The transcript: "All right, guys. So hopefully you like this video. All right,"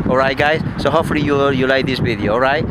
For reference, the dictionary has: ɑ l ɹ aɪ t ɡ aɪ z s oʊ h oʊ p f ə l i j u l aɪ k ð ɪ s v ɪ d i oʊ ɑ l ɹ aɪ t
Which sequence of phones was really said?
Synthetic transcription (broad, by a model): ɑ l ɹ aɪ t ɡ aɪ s s oʊ h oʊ f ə l i j u l aɪ k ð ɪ s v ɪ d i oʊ ɑ l ɹ aɪ t